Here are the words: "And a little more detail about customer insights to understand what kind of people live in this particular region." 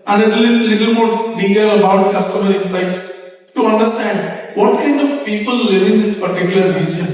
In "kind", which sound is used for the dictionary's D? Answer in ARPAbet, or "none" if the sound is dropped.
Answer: D